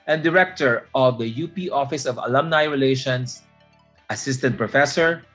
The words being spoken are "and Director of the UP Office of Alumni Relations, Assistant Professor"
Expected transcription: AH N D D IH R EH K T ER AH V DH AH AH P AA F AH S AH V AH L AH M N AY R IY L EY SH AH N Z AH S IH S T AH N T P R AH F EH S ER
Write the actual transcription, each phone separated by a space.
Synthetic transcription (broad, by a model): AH N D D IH R EH K T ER AH V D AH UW P AA F AH S AH V AH L AH M N AY R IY L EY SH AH N S AH S IH S T AH N T P R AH F EH S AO